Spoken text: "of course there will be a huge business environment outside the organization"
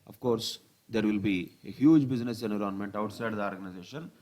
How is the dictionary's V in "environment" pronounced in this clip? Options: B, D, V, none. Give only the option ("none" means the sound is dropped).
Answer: none